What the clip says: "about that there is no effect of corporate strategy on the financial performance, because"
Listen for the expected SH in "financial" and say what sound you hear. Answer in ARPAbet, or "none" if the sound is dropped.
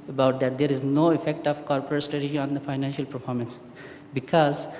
SH